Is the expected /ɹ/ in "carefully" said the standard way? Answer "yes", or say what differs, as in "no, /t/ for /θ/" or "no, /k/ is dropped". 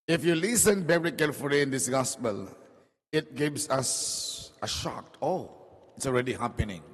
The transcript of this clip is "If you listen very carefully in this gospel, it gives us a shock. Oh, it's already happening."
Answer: no, /l/ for /ɹ/